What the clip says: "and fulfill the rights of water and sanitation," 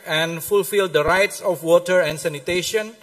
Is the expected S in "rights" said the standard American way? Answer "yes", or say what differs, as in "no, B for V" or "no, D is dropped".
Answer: yes